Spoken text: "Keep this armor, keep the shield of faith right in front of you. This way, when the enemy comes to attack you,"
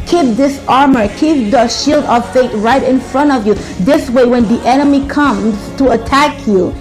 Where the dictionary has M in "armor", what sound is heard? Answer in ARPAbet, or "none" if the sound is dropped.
M